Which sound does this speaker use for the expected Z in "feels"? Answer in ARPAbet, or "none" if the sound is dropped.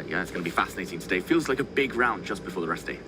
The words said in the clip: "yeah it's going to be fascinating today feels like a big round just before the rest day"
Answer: Z